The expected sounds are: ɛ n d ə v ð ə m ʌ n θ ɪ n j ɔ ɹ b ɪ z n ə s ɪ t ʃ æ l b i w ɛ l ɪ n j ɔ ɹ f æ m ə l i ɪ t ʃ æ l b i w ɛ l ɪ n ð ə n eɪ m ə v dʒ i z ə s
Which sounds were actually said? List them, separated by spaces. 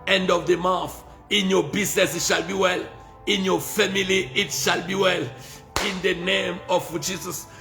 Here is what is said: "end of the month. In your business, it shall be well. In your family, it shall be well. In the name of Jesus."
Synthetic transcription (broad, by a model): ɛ n d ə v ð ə m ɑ θ ɪ n j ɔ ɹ b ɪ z n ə s ɪ t ʃ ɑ l b i w ɛ l ɪ n j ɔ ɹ f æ m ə l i ɪ t ʃ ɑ l b i w ɛ l ɪ n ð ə n eɪ m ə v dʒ i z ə s